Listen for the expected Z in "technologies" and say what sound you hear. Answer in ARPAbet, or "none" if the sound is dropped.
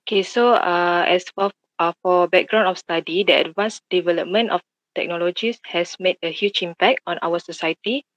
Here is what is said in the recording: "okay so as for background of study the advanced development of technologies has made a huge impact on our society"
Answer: S